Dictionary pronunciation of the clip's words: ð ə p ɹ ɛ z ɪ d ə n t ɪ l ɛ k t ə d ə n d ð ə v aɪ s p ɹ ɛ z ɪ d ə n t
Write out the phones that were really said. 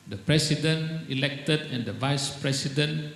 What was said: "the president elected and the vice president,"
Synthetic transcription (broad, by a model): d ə p ɹ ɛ s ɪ d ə n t ɪ l ɛ k t ə d ə n d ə v aɪ s p ɹ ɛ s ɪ d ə n